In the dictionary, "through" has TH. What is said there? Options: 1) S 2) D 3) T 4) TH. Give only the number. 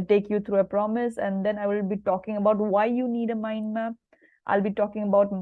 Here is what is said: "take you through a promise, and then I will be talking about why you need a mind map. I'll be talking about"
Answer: 3